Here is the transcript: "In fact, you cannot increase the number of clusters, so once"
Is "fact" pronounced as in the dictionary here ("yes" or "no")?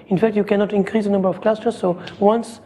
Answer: yes